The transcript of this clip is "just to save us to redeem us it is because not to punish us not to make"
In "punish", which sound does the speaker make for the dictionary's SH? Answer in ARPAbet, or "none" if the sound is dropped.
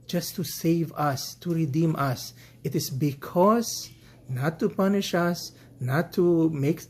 SH